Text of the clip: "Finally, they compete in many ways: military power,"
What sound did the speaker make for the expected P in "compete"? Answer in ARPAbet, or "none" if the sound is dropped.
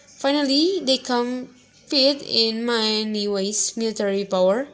F